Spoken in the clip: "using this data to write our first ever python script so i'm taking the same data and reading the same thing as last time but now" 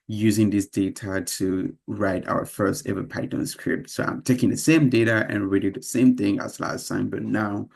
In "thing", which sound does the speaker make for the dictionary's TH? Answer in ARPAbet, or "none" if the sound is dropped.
TH